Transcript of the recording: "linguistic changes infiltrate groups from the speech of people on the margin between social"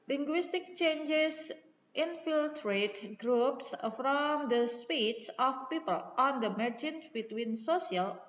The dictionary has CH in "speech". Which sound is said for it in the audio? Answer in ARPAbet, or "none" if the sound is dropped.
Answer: S